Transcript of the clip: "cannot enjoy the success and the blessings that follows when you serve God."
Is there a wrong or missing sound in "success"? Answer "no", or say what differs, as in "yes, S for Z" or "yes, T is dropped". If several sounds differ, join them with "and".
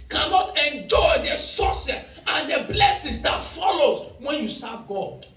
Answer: yes, K is dropped